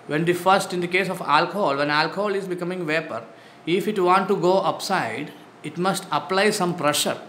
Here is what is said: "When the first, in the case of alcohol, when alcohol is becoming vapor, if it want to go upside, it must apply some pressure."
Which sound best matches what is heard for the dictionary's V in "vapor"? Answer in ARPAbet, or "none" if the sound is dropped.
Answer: V